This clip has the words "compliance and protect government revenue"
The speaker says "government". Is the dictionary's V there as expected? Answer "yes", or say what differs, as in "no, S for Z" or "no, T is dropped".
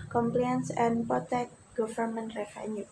no, F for V